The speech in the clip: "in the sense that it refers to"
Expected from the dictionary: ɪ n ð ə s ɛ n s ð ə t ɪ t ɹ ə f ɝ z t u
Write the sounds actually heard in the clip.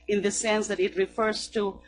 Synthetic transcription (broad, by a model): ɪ n ð ə s ɛ n s ð ə t ɪ t ɹ ə f ɝ z t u